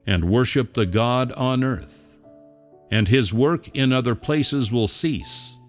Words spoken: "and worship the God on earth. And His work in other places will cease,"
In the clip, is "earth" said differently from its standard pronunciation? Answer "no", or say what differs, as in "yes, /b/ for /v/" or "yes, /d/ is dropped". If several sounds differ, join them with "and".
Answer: no